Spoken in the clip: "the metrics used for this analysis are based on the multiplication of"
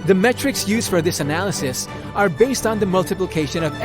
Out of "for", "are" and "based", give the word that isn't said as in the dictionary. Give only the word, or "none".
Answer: none